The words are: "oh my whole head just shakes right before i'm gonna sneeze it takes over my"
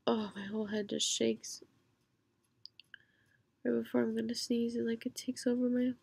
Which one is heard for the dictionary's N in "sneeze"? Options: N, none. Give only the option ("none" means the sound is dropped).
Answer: N